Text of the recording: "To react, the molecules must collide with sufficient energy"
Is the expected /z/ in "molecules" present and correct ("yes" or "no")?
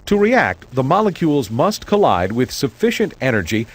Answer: yes